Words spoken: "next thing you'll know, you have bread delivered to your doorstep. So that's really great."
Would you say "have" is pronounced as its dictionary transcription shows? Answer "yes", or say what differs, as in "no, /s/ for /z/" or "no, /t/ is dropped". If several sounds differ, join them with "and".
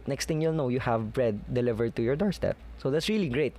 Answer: yes